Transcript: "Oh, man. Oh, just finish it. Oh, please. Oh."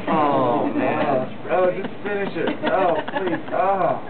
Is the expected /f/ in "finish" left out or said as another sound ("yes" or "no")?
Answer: no